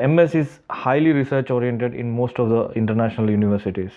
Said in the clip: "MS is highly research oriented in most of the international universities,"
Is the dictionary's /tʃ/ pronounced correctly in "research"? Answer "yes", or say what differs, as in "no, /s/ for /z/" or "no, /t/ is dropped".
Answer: yes